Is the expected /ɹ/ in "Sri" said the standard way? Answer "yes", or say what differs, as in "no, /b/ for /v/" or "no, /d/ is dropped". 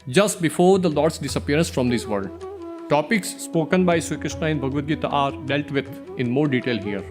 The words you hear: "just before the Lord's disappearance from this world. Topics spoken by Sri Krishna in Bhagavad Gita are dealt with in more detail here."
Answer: no, /ɹ/ is dropped